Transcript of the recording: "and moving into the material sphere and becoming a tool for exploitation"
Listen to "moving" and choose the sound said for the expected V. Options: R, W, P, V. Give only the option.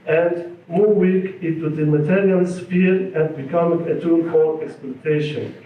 W